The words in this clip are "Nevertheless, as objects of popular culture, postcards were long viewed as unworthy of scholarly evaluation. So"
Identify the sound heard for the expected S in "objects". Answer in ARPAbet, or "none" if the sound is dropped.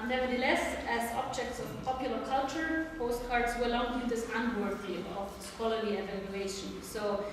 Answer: S